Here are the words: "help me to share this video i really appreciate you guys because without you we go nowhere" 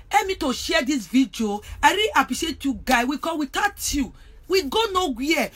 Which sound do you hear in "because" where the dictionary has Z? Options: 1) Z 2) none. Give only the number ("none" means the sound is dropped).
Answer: 2